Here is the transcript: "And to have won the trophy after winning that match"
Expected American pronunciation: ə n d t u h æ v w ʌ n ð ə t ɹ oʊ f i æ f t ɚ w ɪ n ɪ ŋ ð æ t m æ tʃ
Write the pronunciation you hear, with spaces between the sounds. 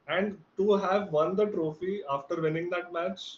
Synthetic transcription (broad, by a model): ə n d t u h æ v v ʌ n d ə t ɹ oʊ f i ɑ f t ɚ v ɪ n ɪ ŋ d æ t m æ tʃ